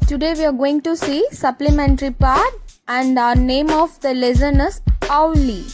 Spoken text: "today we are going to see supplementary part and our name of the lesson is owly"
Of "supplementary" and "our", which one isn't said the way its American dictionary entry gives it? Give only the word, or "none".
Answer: none